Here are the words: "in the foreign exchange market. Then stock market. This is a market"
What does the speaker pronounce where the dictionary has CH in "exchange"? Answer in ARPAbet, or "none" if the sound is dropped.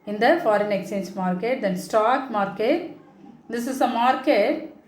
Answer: none